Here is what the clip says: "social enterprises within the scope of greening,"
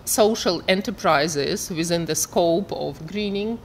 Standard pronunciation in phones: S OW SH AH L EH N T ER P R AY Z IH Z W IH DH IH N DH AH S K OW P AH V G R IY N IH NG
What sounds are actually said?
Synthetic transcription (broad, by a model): S OW SH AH L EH N T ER P R AY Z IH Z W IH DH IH N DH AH S K OW P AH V G R IY N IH NG